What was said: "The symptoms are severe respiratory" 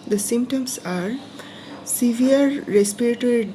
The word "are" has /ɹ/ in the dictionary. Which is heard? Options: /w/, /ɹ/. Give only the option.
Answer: /ɹ/